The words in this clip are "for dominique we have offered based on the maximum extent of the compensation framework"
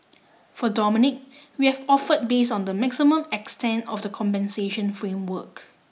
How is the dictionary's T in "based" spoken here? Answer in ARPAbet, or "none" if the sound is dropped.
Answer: none